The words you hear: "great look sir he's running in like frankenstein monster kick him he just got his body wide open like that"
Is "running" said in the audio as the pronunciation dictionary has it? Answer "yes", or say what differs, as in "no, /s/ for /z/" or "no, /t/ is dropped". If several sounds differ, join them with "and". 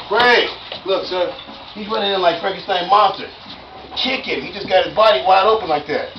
no, /w/ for /ɹ/